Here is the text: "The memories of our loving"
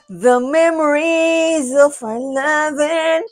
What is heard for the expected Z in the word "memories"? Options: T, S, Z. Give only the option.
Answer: Z